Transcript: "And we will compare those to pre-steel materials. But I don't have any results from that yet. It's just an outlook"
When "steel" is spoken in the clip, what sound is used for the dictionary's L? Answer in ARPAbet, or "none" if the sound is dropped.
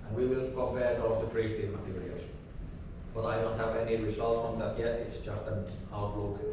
N